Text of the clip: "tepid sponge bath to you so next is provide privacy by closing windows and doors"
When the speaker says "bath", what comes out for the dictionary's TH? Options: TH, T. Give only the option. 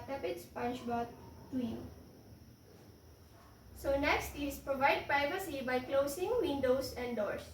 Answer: T